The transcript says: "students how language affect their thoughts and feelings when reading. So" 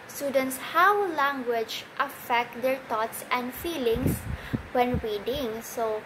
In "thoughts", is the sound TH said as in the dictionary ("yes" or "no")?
no